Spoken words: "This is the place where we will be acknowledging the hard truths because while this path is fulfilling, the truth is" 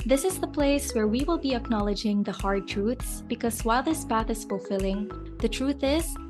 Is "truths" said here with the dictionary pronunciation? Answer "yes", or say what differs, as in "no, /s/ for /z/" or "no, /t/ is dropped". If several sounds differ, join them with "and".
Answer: yes